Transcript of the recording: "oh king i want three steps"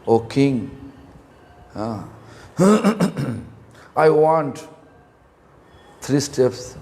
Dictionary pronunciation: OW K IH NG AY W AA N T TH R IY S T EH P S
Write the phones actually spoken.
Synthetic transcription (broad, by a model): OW K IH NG AY W AA N T T R IY S T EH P S